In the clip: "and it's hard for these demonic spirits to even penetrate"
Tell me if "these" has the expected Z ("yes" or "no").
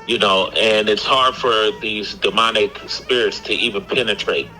yes